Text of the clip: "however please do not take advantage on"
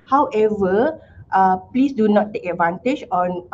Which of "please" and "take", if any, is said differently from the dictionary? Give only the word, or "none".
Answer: please